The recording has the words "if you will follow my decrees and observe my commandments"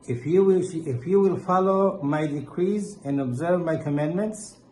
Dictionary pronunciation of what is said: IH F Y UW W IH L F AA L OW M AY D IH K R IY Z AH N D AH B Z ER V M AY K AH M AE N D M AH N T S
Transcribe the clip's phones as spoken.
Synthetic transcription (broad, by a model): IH F Y UW W IH L F AA L OW M AY D IH K R IY Z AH N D AH B Z ER V M AY K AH M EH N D M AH N T S